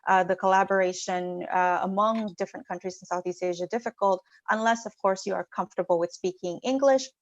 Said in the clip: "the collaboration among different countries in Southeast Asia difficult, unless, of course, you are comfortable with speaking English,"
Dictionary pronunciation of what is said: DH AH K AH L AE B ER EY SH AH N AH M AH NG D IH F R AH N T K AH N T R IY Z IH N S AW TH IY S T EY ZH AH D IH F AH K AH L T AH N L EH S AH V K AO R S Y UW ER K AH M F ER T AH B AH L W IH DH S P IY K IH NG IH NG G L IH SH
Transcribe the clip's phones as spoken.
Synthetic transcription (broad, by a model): DH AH K AH L AE B ER EY SH AH N AH M AH NG D IH F R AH N K AH N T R IY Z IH N S AW TH IY S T EY ZH AH D IH F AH K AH L T AH N L EH S AH V K AO R S Y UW ER K AH M F T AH B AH L W IH DH S P IY K IH NG IH NG G L IH SH